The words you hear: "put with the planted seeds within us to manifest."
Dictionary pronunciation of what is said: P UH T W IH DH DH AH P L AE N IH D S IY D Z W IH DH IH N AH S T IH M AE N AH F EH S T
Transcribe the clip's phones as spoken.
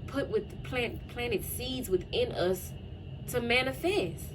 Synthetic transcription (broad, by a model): P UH T W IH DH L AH P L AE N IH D S IY D Z W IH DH IH N AH S T IH M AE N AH F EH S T